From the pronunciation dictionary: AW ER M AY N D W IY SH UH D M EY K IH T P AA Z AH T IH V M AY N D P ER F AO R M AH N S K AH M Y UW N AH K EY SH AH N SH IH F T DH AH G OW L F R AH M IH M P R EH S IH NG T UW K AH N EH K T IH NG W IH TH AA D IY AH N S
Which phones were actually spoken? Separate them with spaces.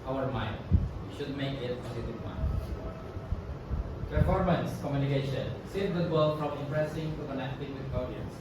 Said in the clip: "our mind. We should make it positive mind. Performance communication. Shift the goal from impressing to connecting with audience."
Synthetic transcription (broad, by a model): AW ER M AY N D W IY SH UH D M EY K IH T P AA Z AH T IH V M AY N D P ER F AO R M AH N S K AH M Y UW N AH K EY SH AH N S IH T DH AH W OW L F R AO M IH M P R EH S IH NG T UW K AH N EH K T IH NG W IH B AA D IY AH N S